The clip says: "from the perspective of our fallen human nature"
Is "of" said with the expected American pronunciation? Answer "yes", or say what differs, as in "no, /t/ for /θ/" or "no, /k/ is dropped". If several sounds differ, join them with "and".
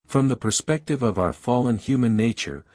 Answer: yes